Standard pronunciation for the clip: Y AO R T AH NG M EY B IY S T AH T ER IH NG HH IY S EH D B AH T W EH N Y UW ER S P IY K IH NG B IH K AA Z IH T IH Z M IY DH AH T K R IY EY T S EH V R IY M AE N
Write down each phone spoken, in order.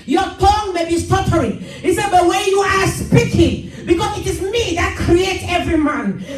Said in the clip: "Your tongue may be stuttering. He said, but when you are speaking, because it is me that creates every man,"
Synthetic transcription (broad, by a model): Y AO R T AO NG M EY B IY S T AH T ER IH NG HH IY S EH D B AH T W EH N Y UW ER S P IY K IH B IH K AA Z IH T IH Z M IY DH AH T K R IY EY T EH V R IY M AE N